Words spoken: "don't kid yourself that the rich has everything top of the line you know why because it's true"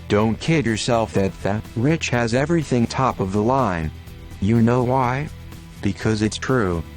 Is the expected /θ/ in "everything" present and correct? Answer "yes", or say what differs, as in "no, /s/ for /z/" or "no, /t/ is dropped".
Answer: yes